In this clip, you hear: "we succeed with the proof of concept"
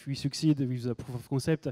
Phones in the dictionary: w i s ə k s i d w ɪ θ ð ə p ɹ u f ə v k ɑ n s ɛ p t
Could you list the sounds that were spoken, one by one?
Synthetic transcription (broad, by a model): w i s ə k s i d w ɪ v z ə p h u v k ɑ s ɛ p t